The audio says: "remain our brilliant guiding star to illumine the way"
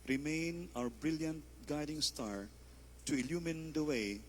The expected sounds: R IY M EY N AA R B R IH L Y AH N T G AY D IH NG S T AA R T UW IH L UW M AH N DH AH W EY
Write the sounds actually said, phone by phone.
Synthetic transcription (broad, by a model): R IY M EY N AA W B R IH L Y AH N T G AY D IH NG S T AA R T UW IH L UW M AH N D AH W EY